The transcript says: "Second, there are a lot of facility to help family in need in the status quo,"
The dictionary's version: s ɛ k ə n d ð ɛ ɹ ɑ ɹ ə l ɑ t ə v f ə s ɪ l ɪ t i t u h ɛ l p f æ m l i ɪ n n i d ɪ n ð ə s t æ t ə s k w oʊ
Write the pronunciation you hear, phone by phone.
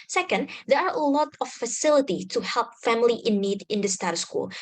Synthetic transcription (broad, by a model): s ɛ k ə n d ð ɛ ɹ ɑ ɹ ə l ɑ t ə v f ə s ɪ l ɪ t i t u h ɛ l p f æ m l i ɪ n n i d ɪ n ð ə s t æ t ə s k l